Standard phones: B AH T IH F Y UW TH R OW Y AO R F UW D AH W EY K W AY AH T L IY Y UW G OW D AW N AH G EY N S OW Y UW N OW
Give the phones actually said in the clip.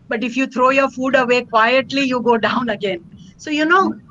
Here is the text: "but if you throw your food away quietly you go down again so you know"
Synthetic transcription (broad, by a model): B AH T IH F Y UW T R OW Y AO R F UW D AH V EY K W AY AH T L IY Y UW G OW D AW N AH G EY N S OW Y UW N OW